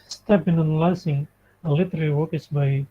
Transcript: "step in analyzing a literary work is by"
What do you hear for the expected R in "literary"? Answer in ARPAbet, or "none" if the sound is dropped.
L